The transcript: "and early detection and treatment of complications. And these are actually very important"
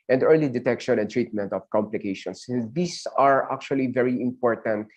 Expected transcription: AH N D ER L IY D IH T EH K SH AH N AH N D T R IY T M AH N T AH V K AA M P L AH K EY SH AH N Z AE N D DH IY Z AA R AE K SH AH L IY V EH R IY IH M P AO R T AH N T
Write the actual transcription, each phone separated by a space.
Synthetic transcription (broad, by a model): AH N D ER L IY D IH T EH K SH AH N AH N T R IY T M AH N T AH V K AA M P L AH K EY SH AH N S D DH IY S AA R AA K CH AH L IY V EH R IY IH M P AO R T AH N T